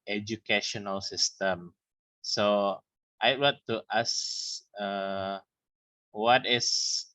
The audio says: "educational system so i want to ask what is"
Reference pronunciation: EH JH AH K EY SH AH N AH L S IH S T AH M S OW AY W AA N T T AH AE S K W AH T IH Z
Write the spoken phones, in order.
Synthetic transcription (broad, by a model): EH JH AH K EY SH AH N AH L S IH S T AH M S OW AY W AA T T AH S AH W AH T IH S